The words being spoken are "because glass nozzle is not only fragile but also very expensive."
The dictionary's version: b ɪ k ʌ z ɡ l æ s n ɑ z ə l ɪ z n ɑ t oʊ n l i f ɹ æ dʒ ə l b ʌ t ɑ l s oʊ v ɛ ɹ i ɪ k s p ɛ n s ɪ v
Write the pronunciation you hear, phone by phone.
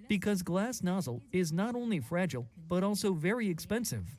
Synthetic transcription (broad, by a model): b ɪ k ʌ z ɡ l æ s n ɑ z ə l ɪ z n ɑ t oʊ n l i f ɹ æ dʒ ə l b ʌ t ɑ l s oʊ v ɛ ɹ i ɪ k s p ɛ n s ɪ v